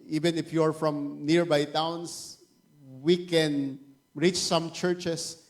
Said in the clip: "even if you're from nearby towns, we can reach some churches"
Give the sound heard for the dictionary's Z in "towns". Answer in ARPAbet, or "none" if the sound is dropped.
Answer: S